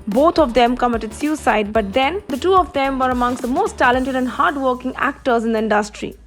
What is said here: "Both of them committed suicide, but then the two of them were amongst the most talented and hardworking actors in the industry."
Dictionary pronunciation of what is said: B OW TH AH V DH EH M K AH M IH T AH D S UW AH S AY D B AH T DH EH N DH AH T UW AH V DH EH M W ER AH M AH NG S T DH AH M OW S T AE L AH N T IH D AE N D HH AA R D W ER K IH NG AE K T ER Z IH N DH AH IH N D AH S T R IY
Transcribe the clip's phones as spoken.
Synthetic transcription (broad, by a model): B OW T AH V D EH M K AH M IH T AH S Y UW S AY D B AH T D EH N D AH T UW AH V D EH M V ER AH M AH NG S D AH M OW S T AE L AH N T IH D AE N D HH AA R D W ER K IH NG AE K T ER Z IH N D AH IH N D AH S T R IY